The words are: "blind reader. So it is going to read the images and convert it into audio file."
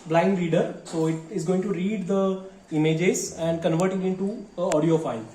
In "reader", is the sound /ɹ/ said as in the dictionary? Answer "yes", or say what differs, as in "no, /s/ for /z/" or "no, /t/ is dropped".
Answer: yes